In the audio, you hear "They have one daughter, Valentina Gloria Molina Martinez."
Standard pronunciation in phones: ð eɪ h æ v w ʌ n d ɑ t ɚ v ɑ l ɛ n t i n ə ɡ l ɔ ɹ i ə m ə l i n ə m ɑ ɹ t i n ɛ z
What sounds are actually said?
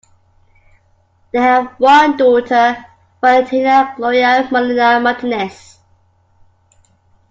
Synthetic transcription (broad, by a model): ð eɪ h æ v w ʌ n d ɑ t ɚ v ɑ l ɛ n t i n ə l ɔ i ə m ə l i n ə m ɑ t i n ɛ s